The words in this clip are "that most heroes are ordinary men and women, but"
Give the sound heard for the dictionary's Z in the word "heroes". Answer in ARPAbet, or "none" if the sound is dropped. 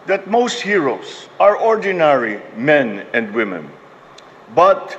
S